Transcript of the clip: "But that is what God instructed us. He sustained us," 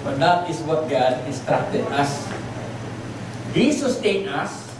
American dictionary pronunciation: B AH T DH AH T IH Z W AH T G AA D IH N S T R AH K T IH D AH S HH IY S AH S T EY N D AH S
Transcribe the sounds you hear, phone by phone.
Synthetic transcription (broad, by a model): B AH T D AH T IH S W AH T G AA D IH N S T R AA T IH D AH S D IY S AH S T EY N AH S